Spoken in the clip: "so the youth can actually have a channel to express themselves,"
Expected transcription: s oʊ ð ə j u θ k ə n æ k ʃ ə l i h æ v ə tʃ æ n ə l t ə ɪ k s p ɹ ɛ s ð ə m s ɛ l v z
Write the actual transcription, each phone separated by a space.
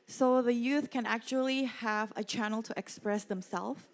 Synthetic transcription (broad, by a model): s oʊ ð ə j u θ k ə n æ k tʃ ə l i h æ v ə tʃ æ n l t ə ɪ k s p ɹ ɛ s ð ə m s ɛ l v